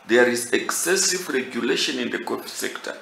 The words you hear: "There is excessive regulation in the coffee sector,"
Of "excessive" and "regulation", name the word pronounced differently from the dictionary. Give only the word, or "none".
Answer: none